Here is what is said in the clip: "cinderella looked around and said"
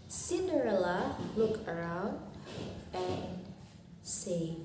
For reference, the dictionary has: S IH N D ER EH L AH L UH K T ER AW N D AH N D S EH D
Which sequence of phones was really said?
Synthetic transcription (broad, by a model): S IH N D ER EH L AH L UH K ER AW N D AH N S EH